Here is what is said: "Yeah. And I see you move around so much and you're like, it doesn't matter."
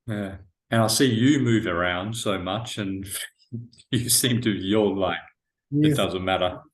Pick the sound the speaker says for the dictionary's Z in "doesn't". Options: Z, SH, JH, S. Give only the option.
Z